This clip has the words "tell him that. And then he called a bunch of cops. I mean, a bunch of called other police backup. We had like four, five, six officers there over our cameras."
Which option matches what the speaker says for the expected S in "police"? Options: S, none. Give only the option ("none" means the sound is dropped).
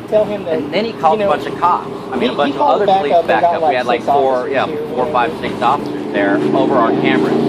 none